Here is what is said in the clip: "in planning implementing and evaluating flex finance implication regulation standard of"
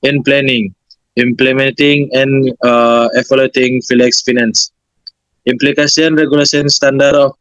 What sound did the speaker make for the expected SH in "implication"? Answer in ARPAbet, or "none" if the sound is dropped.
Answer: S